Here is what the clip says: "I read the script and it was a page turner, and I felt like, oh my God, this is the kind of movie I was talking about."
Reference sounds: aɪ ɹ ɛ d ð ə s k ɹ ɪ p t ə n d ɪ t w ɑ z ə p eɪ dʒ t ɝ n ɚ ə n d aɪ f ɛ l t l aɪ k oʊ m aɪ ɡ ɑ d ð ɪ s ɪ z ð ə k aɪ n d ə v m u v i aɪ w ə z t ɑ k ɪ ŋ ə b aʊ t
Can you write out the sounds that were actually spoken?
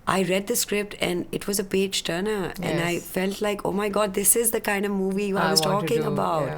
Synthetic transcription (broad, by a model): aɪ ɹ ɛ d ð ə s k ɹ ɪ p t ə n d ɪ t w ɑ z ə p eɪ dʒ t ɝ n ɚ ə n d aɪ f ɛ l t l aɪ k oʊ m aɪ ɡ ɑ d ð ɪ s ɪ z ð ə k aɪ n d ə v m u v i aɪ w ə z t ɑ k ɪ ŋ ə b aʊ t